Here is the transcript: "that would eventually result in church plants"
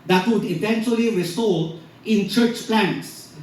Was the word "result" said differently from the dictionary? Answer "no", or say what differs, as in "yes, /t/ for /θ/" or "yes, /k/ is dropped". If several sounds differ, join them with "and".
yes, /s/ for /z/